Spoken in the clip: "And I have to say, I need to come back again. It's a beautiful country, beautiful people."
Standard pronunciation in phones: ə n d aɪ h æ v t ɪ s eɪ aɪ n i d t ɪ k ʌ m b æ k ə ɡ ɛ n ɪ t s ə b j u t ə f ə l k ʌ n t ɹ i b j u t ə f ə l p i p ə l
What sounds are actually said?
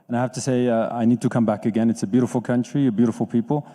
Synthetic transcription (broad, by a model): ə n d aɪ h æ f t ɪ s eɪ aɪ n i d t ɪ k ʌ m b æ k ə ɡ ɛ n ɪ t s ə b j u t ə f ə l k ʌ n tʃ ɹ i b j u t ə f l p i p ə l